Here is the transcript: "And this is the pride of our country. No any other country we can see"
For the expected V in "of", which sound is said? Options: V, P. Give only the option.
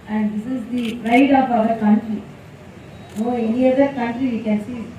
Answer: P